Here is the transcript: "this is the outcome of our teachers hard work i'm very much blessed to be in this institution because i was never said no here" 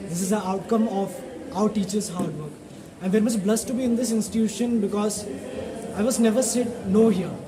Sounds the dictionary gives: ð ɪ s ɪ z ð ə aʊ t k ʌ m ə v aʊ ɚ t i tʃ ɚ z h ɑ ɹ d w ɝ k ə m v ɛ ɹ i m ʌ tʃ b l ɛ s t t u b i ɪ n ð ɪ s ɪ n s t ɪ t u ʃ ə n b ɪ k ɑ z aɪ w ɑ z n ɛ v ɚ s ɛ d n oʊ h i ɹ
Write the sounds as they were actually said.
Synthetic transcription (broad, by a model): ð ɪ s ɪ z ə aʊ t k ʌ m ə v aʊ ɚ t i tʃ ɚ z h ɑ ɹ d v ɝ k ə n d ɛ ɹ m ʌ s b l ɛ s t t u b i ɪ n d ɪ s ɪ n s t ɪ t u ʃ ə n b ɪ k ɑ z aɪ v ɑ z n ɛ v ɚ s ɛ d n oʊ h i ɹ